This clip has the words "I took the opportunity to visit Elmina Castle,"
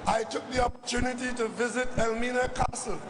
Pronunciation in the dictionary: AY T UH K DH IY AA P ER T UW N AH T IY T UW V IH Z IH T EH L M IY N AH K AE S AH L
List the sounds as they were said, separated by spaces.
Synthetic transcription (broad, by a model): AY T UH K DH IY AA P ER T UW N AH T IY T UW V IH Z IH T EH L M IY N AH K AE S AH L